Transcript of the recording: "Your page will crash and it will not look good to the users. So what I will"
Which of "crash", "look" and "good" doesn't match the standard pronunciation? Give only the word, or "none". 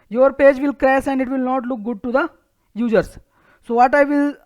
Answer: crash